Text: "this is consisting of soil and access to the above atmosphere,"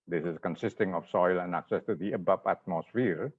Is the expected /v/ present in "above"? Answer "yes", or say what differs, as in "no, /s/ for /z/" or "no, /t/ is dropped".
no, /p/ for /v/